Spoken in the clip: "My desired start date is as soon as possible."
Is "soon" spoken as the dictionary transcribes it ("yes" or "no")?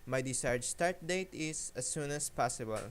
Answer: yes